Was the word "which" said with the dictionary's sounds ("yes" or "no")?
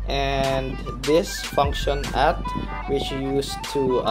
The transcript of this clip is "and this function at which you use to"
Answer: yes